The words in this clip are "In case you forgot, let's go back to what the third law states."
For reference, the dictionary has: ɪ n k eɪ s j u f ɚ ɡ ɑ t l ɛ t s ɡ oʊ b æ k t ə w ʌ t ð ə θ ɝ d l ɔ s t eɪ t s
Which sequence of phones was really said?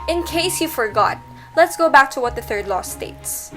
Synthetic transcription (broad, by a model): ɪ n k eɪ s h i f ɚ ɡ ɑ t l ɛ t s ɡ oʊ b æ k t ə w ʌ t ð ə θ ɝ d l ɔ s t eɪ t s